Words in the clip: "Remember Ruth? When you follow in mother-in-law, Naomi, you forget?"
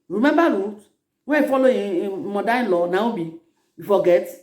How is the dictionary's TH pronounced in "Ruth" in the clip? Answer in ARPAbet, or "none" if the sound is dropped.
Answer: T